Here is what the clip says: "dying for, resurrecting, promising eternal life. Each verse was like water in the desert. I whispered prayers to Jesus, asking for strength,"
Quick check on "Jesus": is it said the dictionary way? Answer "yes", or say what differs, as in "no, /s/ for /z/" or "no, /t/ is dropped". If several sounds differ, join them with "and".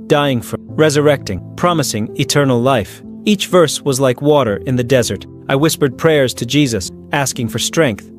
yes